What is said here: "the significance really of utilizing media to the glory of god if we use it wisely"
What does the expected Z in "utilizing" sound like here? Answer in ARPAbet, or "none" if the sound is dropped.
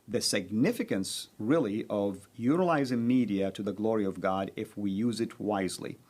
Z